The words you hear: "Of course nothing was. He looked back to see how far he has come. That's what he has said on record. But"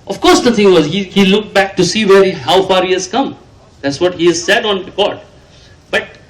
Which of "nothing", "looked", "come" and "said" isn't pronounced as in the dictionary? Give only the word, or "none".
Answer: nothing